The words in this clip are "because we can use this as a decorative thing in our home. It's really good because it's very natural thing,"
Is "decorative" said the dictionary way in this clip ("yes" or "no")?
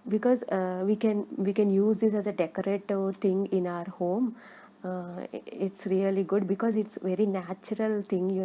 no